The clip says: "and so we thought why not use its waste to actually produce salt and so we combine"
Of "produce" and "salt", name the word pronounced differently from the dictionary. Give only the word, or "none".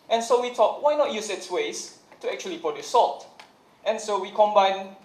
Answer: produce